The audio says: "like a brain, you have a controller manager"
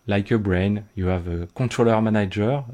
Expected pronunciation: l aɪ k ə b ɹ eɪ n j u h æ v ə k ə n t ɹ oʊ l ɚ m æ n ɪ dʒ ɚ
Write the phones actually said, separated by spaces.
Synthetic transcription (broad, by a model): l aɪ k ə b ɹ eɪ n j u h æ v ə k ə t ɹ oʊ l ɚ m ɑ n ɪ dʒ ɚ